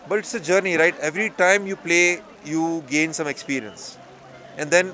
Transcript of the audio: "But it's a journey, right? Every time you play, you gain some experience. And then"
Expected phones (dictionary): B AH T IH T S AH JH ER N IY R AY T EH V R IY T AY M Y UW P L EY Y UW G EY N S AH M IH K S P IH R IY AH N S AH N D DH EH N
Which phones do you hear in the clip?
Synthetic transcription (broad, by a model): B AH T IH T S AH JH ER N IY R AY T EH V R IY T AY M Y UW P L EY Y UW G EY N S AH M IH K S P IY R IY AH N S AH N D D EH N